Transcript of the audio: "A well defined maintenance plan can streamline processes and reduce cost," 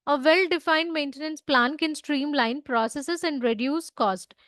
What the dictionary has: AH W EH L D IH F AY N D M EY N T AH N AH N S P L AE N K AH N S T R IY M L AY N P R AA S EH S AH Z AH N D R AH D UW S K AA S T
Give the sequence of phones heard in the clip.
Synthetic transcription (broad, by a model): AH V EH L D IH F AY N D M EY N T AH N AH N S P L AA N K AH N S T R IY M L AY N P R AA S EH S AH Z AH N D R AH D UW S K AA S T